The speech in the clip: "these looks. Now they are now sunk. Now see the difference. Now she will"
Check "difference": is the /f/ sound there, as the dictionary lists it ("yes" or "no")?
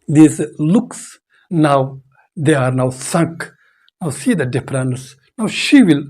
no